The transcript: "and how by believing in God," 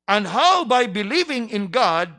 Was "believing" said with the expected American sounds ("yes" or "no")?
yes